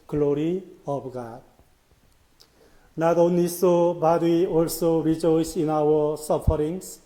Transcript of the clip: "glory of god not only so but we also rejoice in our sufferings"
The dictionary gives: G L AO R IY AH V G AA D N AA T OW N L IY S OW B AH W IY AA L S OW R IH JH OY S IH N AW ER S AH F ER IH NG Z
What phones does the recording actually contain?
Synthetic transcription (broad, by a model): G L AO R IY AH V G AA D N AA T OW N IY S OW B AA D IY AA L S OW R IH JH OY S IH N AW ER S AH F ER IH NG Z